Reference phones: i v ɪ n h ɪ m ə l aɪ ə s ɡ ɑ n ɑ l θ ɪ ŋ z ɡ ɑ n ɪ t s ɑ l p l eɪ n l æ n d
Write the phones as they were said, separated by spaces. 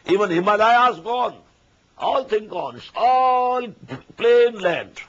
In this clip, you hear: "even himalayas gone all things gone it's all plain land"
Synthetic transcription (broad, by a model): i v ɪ n h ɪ m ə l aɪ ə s ɡ ɑ n ɑ l t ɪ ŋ ɡ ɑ n ɪ t s ɑ l p l eɪ n l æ n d